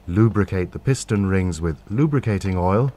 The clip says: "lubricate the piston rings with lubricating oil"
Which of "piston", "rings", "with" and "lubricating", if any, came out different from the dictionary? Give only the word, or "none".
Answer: none